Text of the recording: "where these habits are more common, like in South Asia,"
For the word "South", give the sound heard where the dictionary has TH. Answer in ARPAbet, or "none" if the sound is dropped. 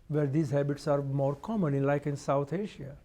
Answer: T